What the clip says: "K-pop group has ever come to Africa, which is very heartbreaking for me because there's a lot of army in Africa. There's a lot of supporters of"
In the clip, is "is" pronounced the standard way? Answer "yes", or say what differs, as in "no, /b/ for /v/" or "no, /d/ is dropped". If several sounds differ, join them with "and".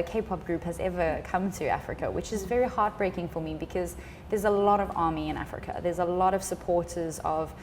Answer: yes